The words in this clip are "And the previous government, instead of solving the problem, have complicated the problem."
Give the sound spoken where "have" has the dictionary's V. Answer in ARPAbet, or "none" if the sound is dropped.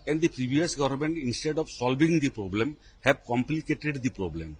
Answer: B